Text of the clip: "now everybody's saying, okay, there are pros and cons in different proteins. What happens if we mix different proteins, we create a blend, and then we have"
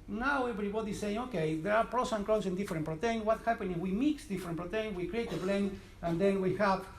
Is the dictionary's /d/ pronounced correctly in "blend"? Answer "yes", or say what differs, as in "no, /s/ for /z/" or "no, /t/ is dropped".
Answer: no, /d/ is dropped